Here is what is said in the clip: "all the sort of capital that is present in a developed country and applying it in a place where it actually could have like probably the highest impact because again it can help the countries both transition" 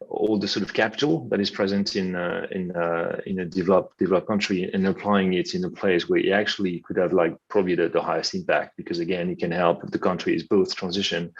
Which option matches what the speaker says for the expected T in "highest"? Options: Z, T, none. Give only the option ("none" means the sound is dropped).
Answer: T